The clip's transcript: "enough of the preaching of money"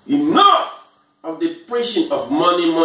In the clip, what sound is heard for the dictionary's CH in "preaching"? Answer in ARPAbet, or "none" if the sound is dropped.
SH